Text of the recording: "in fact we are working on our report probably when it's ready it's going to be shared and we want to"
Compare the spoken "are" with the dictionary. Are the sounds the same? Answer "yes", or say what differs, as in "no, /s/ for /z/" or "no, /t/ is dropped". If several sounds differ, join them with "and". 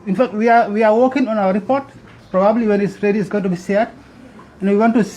no, /w/ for /ɹ/